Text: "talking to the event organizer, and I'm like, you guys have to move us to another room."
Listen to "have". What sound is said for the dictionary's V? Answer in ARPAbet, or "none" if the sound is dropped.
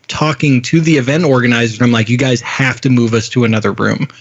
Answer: F